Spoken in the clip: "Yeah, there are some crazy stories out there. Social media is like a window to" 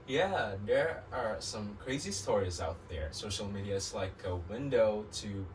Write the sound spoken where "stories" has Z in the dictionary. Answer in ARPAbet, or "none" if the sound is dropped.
Z